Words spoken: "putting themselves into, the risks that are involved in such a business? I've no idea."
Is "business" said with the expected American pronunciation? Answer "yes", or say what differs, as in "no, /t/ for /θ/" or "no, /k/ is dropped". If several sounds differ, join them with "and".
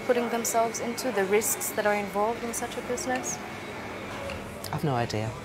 yes